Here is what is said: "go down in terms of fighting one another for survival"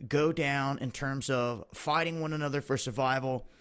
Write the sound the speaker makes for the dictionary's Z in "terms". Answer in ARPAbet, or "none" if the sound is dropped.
Z